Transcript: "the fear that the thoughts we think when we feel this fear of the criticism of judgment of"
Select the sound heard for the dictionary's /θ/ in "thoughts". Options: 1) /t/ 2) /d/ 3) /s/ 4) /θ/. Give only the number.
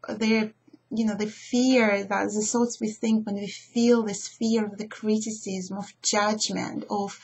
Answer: 3